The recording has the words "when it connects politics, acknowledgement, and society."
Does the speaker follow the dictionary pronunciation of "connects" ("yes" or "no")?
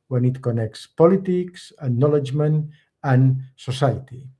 yes